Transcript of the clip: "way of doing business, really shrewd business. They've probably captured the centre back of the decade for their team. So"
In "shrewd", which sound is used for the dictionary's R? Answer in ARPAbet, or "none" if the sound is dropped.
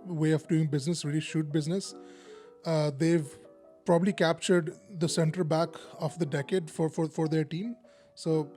none